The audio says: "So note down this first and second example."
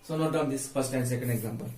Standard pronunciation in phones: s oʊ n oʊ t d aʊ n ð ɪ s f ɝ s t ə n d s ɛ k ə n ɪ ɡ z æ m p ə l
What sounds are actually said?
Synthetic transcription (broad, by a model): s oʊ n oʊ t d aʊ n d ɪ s p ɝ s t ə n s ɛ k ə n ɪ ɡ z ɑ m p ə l